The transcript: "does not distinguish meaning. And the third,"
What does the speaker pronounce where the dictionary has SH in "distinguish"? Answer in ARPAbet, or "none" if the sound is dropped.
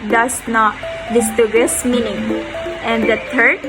S